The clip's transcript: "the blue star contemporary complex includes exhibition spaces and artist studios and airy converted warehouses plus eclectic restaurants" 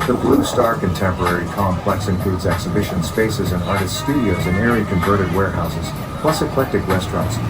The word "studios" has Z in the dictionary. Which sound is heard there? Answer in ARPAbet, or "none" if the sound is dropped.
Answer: Z